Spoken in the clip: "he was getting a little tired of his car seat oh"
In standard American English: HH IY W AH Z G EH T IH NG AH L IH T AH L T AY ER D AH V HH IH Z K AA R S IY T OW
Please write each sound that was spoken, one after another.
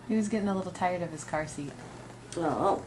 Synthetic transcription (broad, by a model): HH IY W AH Z G EH T IH NG AH L IH T L T AY ER D AH V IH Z K AA R S IY T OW